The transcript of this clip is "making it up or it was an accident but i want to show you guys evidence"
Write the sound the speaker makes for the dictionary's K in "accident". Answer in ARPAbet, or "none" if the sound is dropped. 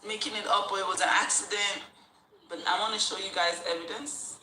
K